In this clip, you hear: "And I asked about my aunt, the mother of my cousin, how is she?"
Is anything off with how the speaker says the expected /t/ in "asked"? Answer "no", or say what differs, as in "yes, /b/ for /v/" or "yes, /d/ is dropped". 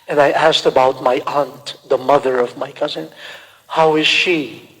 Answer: no